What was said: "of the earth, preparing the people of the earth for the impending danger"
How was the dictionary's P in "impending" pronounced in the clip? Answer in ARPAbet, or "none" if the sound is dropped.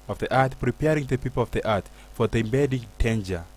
B